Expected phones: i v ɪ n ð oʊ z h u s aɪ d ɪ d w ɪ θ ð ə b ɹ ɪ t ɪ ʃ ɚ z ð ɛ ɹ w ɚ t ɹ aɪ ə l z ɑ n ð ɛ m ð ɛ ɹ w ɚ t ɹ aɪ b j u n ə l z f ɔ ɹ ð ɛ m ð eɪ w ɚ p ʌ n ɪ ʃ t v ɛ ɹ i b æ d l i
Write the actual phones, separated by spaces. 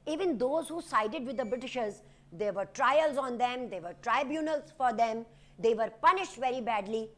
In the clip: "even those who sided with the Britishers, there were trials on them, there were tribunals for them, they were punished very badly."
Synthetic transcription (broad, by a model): i v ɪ n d oʊ z h u s aɪ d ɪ d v ɪ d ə b ɹ ɪ t ɪ ʃ ɚ z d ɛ ɹ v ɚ t ɹ aɪ ə l z ɑ n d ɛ m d ɛ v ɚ t ɹ aɪ b j u n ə l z f ɔ ɹ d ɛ m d eɪ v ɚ p ʌ n ɪ ʃ t v ɛ ɹ i b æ d l i